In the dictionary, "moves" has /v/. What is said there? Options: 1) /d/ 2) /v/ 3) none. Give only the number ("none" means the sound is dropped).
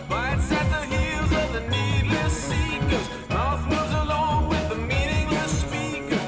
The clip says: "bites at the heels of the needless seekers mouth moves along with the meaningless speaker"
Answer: 3